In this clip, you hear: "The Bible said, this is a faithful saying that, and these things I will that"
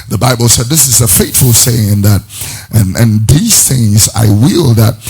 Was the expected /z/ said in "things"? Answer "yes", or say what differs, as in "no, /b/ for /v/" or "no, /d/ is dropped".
yes